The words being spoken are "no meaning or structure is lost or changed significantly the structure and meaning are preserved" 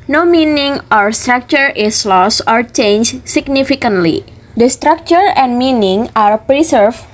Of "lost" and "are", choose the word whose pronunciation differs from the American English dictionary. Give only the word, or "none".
lost